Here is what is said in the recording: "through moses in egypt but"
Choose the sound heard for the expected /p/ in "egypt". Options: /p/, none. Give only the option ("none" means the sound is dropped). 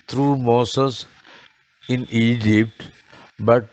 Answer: /p/